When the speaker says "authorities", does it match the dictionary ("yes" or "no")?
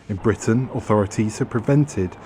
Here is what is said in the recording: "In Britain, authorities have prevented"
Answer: yes